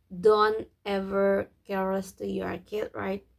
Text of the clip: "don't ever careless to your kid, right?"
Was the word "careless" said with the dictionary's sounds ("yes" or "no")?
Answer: no